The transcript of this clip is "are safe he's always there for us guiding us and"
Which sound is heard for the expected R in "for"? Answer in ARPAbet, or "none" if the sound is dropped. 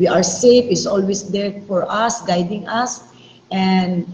R